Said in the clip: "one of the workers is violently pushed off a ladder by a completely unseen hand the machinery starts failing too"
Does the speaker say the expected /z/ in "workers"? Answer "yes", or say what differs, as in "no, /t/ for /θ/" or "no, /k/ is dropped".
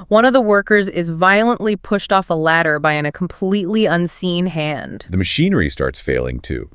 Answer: yes